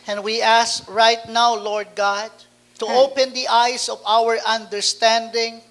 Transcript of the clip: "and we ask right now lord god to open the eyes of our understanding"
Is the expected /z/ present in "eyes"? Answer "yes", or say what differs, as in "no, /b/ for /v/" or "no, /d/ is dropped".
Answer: no, /s/ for /z/